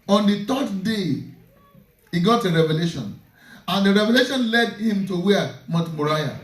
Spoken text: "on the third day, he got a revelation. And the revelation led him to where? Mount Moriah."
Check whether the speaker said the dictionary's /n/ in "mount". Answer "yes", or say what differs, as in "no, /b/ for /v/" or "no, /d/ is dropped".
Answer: no, /n/ is dropped